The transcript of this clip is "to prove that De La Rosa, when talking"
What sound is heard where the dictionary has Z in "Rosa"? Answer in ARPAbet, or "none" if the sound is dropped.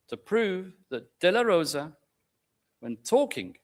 Z